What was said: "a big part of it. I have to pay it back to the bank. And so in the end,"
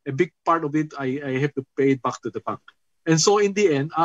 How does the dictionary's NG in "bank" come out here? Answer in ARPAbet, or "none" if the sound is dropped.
none